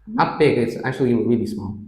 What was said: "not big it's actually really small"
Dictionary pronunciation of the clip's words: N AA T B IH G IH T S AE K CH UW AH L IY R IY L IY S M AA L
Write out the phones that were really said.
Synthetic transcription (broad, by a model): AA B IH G IH T S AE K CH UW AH W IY R IY L IY S M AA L